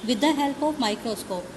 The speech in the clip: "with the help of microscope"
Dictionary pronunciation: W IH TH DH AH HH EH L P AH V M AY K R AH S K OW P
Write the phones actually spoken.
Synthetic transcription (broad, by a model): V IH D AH HH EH L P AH P M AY K R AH S K OW P